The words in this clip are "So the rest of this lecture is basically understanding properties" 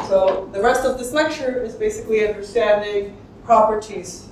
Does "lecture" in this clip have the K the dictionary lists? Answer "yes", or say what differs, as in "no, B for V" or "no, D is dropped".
yes